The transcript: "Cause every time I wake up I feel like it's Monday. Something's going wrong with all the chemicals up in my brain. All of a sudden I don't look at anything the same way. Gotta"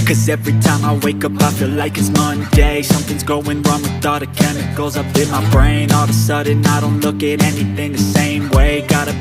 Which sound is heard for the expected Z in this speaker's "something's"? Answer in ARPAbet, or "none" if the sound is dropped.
Z